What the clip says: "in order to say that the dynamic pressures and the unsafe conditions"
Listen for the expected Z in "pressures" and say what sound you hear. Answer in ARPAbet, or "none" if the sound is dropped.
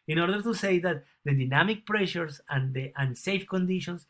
S